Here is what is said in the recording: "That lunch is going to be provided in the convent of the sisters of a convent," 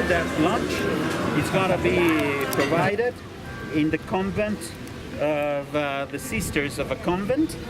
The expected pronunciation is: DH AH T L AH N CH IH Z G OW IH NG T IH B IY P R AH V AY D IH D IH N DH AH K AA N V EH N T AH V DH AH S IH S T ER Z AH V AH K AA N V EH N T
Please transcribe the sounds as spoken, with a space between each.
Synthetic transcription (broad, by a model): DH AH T L AH N CH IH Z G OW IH T IH B IY P R AH V AY D IH D IH N DH AH K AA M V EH N T AH V DH AH S IH S T ER Z AH V AH K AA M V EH N T